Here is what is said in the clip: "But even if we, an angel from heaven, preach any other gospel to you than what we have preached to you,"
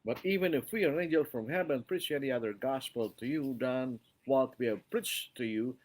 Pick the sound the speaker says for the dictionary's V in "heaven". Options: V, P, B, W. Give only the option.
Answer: B